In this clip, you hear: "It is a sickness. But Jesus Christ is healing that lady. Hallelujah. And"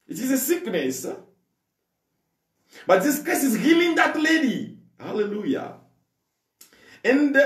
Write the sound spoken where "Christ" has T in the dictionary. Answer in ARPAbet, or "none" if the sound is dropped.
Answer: none